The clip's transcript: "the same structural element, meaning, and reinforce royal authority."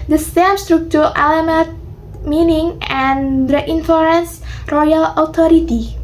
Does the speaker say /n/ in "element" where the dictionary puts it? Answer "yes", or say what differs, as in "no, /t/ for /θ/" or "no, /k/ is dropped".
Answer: no, /n/ is dropped